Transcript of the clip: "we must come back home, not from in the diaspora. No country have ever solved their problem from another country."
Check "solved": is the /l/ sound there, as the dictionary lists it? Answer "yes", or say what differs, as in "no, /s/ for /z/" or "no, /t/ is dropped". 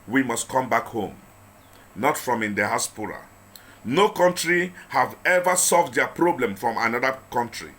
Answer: yes